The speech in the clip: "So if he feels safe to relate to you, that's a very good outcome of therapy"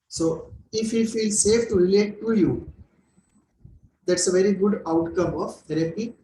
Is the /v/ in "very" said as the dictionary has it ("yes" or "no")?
yes